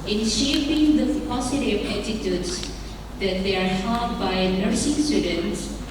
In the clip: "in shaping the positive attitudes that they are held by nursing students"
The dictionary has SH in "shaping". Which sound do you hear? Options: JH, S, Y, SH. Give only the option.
SH